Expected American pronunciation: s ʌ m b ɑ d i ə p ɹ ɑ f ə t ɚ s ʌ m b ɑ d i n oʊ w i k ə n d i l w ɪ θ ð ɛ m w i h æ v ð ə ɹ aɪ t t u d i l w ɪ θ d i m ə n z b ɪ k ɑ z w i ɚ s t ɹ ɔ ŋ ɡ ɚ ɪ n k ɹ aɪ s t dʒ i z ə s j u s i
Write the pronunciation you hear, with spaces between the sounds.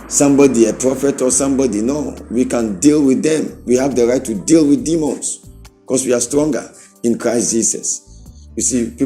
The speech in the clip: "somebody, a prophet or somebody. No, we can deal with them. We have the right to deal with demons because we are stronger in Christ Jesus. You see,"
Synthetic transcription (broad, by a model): s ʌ m b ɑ d i ə p ɹ ɑ f ə t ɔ s ʌ m b ɑ d i n oʊ w i k ə n d i l w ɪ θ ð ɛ m w i h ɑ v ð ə ɹ aɪ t t u d i l w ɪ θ d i m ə n s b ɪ k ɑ s w i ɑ s t ɹ ɔ ŋ ɡ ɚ ɪ n k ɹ aɪ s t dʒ i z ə s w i s i